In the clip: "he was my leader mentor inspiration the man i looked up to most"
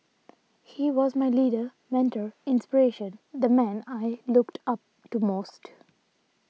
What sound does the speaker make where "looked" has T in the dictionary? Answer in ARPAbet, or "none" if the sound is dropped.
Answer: T